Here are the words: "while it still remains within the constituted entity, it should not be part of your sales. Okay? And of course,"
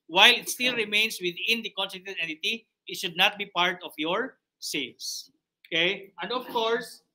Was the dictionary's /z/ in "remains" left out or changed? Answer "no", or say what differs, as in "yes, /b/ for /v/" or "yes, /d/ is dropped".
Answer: yes, /s/ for /z/